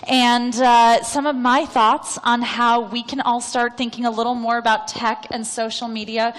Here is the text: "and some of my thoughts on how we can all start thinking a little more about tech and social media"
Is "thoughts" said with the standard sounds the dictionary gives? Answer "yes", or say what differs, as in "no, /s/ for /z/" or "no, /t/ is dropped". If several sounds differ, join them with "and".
yes